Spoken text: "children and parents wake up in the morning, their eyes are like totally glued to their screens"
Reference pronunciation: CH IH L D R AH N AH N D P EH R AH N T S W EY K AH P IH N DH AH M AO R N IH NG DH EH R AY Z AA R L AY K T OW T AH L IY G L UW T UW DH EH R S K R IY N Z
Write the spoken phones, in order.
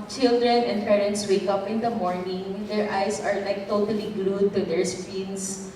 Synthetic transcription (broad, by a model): CH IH L D R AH N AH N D P EH R AH N T S W EY K AH P IH N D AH M AO R N IH NG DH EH R AY S AA R L AY K T OW T AH L IY G L UW T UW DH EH R S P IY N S